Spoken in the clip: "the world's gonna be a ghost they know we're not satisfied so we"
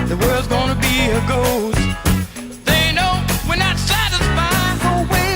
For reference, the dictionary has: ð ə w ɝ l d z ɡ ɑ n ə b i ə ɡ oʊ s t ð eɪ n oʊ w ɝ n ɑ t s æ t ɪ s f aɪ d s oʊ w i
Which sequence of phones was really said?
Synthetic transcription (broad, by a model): ð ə w ɝ l d z ɡ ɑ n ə b i ə ɡ oʊ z ð eɪ n oʊ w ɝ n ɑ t s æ t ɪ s f aɪ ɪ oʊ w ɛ